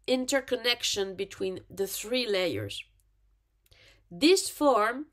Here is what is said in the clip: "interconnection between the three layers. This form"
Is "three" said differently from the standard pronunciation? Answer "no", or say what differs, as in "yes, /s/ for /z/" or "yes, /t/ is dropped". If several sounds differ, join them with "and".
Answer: no